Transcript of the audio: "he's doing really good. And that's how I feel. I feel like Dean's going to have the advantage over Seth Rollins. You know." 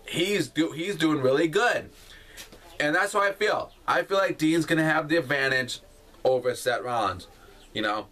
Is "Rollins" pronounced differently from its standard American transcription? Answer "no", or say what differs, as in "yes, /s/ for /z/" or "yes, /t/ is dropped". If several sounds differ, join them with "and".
yes, /l/ is dropped